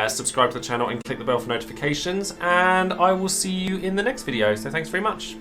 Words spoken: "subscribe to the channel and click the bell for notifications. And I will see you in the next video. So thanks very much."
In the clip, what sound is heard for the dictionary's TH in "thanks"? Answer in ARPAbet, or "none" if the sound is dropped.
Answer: TH